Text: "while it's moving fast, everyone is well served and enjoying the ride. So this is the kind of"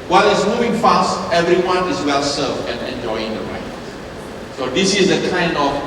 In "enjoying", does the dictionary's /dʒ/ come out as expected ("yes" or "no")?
yes